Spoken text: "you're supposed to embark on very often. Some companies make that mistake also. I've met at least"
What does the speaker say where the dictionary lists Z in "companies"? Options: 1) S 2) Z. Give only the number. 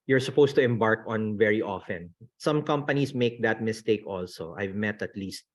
1